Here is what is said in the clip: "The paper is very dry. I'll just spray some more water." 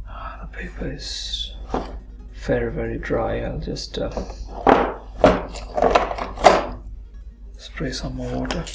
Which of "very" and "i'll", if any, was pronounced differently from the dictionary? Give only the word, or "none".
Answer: none